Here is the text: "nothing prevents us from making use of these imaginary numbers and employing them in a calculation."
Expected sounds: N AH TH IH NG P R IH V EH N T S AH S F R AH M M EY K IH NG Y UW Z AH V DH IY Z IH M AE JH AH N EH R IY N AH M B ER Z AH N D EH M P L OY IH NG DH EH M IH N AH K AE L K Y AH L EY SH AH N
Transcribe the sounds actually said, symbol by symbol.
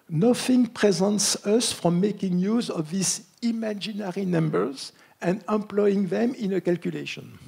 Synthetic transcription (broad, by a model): N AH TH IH NG P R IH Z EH N T S AH S F R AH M M EY K IH NG Y UW Z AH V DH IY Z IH M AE JH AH N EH R IY N AH M B ER Z AH N D EH M P L OY IH NG DH EH M IH N AH K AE L K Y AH L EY SH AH N